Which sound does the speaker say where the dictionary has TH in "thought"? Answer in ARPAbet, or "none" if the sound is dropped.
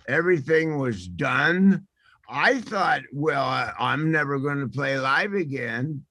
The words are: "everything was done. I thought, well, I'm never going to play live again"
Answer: TH